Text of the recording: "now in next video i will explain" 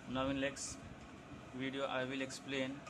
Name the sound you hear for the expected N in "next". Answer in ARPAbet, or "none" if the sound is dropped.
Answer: L